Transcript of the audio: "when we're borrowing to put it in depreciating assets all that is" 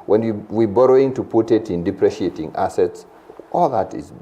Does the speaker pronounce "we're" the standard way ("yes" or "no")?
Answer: no